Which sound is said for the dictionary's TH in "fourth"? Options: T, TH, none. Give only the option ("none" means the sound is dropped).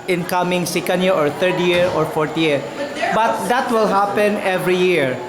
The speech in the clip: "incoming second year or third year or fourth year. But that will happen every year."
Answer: T